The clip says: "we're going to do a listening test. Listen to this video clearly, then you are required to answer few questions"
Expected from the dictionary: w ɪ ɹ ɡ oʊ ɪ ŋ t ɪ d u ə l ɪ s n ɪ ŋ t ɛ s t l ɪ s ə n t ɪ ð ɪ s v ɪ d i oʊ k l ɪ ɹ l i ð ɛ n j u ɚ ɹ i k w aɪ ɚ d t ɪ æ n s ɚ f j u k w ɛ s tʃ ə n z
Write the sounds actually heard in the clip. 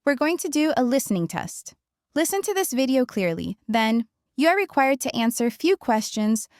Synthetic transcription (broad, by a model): w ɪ ɹ ɡ oʊ ɪ ŋ t ɪ d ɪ ə l ɪ s n ɪ ŋ t ɛ s t l ɪ s ə n t ɪ ð ɪ s v ɪ d i oʊ k l ɪ ɹ l i ð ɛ n j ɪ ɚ ɹ i k w aɪ ɚ d t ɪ æ n s ɚ f j u k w ɛ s tʃ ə n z